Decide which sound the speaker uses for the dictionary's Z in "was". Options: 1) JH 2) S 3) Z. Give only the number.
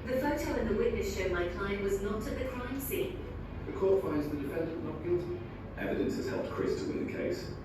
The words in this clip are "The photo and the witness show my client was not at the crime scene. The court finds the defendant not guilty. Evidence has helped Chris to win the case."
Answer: 3